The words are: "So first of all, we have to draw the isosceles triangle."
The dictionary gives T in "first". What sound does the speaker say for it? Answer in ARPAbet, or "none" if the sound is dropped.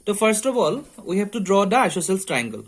T